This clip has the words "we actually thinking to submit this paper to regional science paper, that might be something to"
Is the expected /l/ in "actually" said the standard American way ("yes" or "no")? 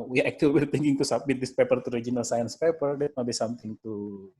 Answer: no